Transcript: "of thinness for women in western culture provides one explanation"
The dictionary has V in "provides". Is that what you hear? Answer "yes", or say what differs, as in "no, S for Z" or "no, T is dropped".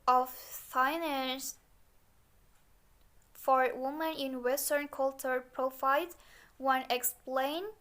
no, F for V